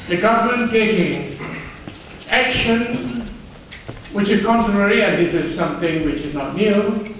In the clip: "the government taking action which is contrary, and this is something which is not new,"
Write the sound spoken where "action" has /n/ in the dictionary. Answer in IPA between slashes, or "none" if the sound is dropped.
/n/